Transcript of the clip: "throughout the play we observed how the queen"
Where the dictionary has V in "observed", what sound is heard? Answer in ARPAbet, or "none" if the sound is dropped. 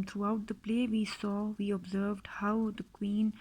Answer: V